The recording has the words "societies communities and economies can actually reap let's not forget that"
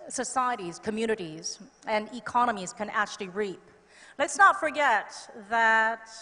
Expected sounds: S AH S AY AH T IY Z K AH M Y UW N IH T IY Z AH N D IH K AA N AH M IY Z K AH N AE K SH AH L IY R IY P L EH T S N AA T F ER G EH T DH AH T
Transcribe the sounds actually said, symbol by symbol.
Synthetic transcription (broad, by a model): S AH S AY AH T IY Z K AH M Y UW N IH T IY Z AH N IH K AA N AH M IY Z K AH N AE K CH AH L IY R IY P L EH T S N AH T F ER G EH T DH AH T